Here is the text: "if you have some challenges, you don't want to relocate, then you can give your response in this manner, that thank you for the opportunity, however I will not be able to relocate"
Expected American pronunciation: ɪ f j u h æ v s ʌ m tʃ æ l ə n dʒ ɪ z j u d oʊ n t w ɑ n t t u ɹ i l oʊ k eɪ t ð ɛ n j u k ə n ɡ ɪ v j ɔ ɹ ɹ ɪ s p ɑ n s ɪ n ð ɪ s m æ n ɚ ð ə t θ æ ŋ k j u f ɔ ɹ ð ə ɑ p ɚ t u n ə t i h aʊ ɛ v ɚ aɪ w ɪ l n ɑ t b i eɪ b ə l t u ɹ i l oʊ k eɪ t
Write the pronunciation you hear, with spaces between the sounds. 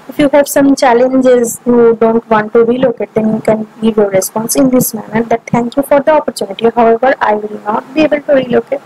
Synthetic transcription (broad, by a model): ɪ f j u h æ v s ʌ m tʃ æ l ə n dʒ ɪ z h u d oʊ n t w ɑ n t t u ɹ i l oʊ k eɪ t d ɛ n j u k ə n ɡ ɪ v j ɔ ɹ ɹ ɪ s p ɑ n s ɪ n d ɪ s m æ n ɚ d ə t t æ ŋ k j u f ɔ ɹ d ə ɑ p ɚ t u n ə t i h aʊ ɛ v ɚ aɪ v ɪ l n ɑ t b i eɪ b ə l t u ɹ i l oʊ k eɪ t